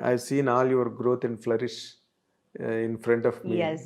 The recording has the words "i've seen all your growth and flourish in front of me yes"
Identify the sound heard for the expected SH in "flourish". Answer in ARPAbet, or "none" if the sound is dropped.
SH